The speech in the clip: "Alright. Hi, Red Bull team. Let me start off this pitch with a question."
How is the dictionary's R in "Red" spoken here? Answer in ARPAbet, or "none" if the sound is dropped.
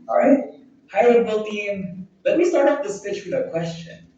L